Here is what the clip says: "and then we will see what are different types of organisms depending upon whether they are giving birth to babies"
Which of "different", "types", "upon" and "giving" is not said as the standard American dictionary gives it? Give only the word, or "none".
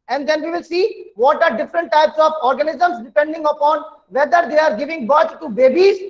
none